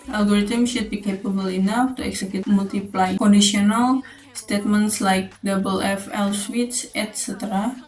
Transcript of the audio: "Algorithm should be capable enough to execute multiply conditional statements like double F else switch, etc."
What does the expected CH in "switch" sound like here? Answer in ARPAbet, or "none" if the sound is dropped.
S